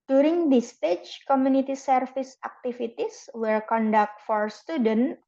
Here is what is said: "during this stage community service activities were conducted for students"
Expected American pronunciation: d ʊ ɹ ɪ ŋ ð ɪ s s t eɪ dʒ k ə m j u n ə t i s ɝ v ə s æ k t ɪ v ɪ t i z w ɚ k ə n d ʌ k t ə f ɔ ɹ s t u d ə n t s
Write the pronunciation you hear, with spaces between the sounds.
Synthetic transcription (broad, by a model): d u ɹ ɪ ŋ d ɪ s s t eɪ tʃ k ə m j u n ə t i s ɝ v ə s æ k t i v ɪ t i s w ɚ k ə n d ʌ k t f ɔ ɹ s t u d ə n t